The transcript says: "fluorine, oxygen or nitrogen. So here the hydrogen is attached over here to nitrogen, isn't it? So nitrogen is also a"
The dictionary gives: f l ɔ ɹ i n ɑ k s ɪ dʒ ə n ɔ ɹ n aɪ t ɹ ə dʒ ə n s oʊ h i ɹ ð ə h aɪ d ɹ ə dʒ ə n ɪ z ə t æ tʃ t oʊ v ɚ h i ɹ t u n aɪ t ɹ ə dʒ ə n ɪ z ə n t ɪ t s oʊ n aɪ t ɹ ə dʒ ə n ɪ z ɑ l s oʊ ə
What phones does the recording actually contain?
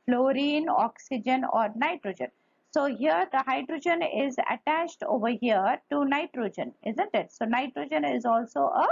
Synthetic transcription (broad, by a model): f l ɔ ɹ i n ɑ k s ɪ dʒ ə n ɔ ɹ n aɪ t ɹ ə dʒ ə n s oʊ h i ɹ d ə h aɪ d ɹ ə dʒ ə n ɪ z ə t æ tʃ t oʊ v ɚ h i ɹ t u n aɪ t ɹ ə dʒ ə n ɪ z ə n t ɪ t s oʊ n aɪ t ɹ ə dʒ ə n ɪ z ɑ l s oʊ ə